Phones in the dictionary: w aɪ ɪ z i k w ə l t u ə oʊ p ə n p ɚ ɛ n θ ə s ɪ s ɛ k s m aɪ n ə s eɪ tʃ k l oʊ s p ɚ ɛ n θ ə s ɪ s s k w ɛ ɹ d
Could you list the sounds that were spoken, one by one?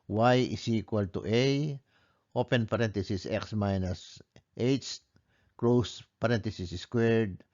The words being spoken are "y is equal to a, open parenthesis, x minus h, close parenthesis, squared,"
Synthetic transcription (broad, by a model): w aɪ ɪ s i k w ə l t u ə oʊ p ə n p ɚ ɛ n t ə s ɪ s ɛ k s m aɪ n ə s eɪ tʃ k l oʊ s p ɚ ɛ n t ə s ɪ s s k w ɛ ɹ d